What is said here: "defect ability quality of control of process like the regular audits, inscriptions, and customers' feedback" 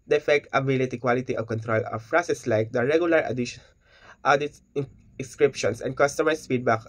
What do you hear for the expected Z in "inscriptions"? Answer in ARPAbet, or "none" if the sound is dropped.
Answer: S